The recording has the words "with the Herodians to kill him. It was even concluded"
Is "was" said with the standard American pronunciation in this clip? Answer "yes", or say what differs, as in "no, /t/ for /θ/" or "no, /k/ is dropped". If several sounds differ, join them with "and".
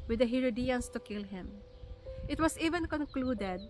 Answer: no, /s/ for /z/